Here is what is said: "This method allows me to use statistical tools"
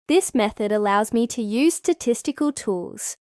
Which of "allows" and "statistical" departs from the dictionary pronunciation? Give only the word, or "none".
none